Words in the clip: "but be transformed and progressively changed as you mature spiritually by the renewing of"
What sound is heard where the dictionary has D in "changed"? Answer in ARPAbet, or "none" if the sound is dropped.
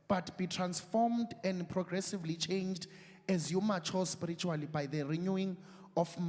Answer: D